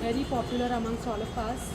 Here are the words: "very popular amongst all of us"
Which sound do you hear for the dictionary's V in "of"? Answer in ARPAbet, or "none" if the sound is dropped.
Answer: P